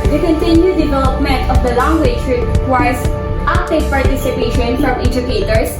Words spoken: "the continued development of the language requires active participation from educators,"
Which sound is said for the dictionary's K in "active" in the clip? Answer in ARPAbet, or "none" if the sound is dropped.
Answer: none